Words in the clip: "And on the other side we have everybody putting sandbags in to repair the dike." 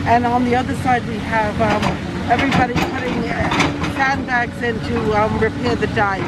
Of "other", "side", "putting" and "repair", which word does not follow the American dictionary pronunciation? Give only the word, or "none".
none